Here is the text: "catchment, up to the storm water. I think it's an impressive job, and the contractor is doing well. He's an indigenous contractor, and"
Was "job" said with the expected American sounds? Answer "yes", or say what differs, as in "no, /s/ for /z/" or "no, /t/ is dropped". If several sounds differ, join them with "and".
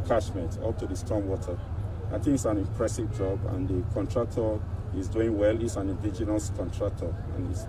yes